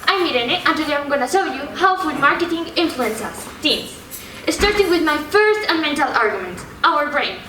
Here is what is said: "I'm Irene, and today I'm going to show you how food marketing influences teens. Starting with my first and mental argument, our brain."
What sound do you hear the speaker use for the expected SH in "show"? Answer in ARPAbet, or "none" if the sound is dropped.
S